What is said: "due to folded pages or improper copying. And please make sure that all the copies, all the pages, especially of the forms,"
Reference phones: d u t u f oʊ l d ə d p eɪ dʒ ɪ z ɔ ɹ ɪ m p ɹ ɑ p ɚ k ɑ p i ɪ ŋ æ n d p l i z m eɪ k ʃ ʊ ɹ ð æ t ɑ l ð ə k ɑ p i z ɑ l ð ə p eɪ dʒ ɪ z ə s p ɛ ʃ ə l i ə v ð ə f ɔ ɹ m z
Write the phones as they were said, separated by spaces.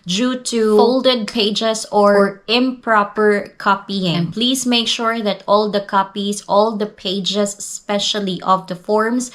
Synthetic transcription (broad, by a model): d u t u f oʊ l d ə d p eɪ dʒ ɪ s ɔ ɹ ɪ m p ɹ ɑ p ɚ k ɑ p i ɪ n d p l i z m eɪ k ʃ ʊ ɹ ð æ t ɑ l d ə k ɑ p i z ɑ l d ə p eɪ dʒ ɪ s s p ɛ ʃ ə l i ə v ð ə f ɔ ɹ m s